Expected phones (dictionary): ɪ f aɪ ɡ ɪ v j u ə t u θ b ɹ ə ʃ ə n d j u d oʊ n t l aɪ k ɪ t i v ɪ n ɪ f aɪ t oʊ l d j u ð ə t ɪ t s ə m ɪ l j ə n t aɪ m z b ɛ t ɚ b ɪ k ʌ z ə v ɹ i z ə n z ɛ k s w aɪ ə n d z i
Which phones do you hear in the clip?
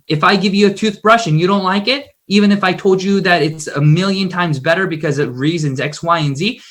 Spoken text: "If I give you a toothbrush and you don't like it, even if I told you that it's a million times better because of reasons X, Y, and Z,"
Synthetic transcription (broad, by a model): ɪ f aɪ ɡ ɪ v j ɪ ə t u θ b ɹ ə ʃ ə n j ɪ d oʊ n t l aɪ k ɪ t i v ɪ n ɪ f aɪ t oʊ l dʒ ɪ ð ə t ɪ t s ə m ɪ l j ə n t aɪ m z b ɛ t ɚ b ɪ k ʌ z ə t ɹ i z ə n z ɛ k s w aɪ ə n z i